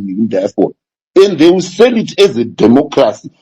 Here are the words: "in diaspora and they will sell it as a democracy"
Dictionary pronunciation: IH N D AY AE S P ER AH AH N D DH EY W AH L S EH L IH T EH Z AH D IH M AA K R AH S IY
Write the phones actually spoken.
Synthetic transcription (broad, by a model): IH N D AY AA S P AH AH N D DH EY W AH S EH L IH T EH Z AH D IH M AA K R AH S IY